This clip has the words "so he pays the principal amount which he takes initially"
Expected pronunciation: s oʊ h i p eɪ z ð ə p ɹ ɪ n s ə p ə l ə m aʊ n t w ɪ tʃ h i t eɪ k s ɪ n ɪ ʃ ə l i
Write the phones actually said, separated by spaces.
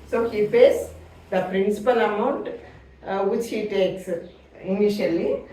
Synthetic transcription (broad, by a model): s oʊ h i f eɪ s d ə p ɹ ɪ n s ə p ə l ə m aʊ n t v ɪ tʃ h i t eɪ k s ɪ n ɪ ʃ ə l i